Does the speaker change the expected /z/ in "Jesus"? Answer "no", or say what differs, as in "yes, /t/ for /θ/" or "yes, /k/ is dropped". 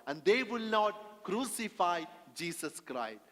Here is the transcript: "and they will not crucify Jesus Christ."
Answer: yes, /s/ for /z/